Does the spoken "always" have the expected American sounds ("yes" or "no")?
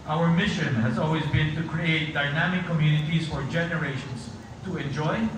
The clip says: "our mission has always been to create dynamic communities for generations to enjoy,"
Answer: yes